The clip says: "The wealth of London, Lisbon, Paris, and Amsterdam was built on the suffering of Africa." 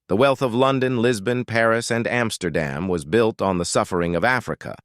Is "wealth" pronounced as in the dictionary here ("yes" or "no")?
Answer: yes